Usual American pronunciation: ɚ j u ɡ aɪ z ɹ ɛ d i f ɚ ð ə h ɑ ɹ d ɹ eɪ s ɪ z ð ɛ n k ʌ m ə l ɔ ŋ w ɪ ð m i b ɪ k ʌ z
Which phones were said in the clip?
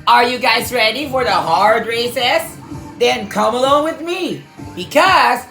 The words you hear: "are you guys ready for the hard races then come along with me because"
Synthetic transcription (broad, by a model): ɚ j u ɡ aɪ z ɹ ɛ d i f ɚ ð ə h ɑ ɹ d ɹ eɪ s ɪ s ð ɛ n k ʌ m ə l ɔ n w ɪ ð m i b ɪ k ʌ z